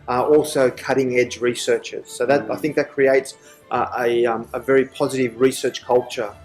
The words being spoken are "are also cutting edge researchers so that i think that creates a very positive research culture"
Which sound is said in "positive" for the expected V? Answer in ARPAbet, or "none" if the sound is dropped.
V